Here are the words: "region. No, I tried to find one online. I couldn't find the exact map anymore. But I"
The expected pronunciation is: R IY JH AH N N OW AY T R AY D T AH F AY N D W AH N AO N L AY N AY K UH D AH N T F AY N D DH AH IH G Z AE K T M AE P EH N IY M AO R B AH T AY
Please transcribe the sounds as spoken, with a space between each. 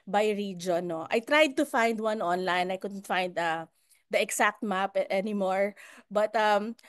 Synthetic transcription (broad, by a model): R IY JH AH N N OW AY T R AY D T AH F AY N D W AH N AO N L AY N AY K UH D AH N T F AY N D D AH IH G S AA K T M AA P EH N IY M AO R B AH T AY